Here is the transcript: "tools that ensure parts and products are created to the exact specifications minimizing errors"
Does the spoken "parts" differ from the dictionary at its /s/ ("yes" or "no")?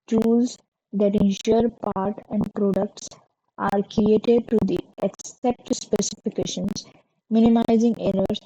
yes